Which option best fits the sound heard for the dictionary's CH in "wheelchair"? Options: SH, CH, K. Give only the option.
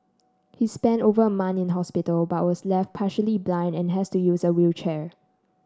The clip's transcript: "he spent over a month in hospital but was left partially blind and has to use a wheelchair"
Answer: CH